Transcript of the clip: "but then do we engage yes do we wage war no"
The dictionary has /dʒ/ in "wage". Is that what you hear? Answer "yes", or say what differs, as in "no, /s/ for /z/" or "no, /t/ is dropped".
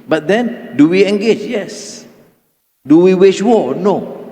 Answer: no, /ʃ/ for /dʒ/